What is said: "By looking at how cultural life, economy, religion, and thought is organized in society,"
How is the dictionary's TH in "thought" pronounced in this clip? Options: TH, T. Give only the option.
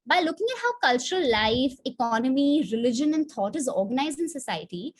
T